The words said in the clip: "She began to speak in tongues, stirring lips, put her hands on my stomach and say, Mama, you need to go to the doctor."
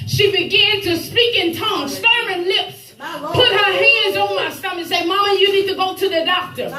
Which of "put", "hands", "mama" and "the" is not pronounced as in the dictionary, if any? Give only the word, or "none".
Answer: none